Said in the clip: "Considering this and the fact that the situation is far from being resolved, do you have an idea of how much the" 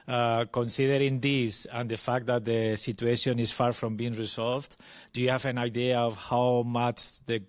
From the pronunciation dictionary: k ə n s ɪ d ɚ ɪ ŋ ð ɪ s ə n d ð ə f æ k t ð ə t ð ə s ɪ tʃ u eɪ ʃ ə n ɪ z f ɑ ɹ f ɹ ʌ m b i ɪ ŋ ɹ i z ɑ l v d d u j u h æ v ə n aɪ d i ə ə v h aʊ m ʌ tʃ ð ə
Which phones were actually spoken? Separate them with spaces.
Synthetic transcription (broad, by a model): k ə n s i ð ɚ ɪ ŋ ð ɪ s ə n d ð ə f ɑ k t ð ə t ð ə s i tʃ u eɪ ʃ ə n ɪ s f ɑ ɹ f ɹ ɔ m b i ŋ ɹ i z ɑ l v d d u j u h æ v ə n aɪ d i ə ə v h aʊ m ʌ tʃ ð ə